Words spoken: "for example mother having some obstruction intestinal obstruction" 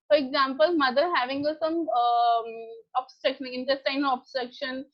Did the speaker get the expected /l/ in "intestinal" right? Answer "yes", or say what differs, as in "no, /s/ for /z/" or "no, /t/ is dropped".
no, /n/ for /l/